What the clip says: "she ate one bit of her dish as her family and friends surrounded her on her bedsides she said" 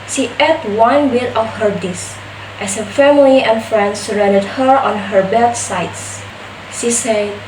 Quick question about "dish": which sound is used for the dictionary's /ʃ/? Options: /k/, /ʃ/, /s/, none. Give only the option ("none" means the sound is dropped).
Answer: /s/